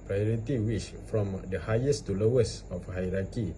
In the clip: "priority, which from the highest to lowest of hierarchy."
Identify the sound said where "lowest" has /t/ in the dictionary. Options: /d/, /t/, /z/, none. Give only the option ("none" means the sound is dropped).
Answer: none